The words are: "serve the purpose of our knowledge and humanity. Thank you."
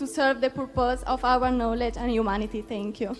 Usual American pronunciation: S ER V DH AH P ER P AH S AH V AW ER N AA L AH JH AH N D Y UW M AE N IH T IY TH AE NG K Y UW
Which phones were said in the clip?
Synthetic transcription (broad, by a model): S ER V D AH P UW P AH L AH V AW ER N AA L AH JH AH N D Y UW M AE N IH T IY T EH NG K Y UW